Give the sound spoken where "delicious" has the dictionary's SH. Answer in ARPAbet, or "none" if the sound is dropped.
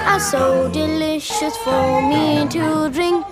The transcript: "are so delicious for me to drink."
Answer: SH